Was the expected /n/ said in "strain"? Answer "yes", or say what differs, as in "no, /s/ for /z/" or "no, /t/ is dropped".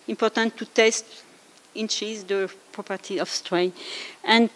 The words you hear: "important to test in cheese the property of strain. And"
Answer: no, /n/ is dropped